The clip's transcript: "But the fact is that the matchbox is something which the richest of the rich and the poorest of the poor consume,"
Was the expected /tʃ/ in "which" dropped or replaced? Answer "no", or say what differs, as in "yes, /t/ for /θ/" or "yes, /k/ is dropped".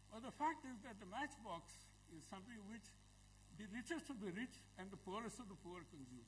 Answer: no